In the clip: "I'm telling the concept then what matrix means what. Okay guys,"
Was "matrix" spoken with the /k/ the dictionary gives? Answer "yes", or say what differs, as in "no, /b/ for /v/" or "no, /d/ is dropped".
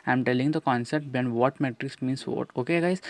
yes